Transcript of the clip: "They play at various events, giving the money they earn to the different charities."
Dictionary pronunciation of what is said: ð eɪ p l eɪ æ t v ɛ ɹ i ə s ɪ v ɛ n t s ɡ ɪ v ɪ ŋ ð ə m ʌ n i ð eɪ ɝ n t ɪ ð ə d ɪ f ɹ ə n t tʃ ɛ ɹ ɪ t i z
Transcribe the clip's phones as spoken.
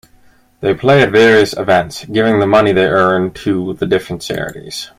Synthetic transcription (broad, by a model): ð eɪ p l eɪ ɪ t v ɛ ɹ i ə s ɪ v ɛ n t s ɡ ɪ v ɪ ŋ ð ə m ʌ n i ð eɪ ɝ n t ɪ ð ə d ɪ f ɹ ə n t s ɛ ɹ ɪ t i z